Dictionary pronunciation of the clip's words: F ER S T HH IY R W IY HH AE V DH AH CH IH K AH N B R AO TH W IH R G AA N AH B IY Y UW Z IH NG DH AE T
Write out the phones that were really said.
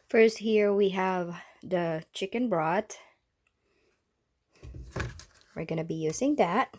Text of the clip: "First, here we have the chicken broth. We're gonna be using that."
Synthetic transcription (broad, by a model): F ER S T HH IY R W IY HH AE V DH AH CH IH K AH N B R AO T W IH R G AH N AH B IY Y UW Z IH NG DH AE T